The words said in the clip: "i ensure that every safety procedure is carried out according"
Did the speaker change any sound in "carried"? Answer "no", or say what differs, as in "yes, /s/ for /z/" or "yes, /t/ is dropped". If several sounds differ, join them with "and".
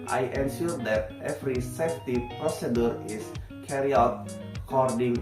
yes, /d/ is dropped